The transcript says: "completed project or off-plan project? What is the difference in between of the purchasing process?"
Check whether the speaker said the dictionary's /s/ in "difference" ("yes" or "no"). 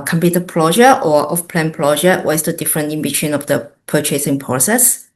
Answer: no